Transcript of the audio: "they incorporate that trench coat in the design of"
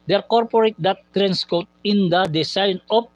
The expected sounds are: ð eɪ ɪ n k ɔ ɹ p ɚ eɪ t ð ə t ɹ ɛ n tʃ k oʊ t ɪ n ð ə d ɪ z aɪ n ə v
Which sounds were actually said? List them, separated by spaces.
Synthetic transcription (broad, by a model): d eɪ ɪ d k ɔ ɹ p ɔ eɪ t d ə t ɹ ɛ n s k oʊ t ɪ n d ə d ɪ s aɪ n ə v